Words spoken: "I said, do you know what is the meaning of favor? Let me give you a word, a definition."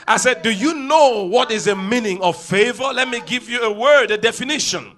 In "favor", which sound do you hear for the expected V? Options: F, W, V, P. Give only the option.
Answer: V